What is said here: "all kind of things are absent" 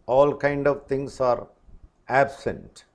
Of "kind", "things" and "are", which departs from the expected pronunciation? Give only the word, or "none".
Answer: things